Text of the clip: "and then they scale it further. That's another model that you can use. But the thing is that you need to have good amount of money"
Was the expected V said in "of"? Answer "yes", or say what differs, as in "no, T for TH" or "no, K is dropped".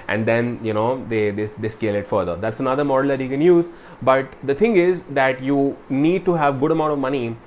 yes